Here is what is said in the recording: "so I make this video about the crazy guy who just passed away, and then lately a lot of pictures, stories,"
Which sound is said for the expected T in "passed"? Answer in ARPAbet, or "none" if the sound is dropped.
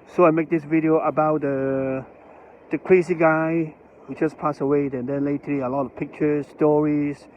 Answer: none